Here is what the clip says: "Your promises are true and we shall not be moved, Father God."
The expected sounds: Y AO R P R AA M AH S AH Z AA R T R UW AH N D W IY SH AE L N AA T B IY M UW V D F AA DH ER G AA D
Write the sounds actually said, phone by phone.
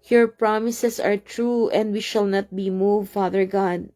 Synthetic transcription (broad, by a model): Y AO R P R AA M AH S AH S AA R T R UW AH N D W IY SH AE L N AA T B IY M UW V F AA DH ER G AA D